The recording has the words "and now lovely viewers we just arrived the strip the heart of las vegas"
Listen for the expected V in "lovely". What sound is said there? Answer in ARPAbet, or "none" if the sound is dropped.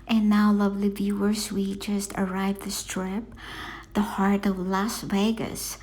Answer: V